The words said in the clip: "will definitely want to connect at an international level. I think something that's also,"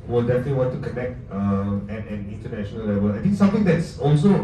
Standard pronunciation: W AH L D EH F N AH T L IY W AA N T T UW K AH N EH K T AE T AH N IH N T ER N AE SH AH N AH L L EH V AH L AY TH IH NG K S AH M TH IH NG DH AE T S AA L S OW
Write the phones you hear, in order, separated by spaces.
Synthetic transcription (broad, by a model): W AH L D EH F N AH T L IY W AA N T T UW K AH N EH K T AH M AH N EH N T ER N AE SH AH N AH L L EH V AH L AY T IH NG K S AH M T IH NG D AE T S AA L S OW